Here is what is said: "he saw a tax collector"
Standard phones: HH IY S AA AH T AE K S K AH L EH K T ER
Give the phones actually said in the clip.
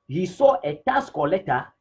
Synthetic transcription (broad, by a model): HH IY S AA AH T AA S K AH L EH T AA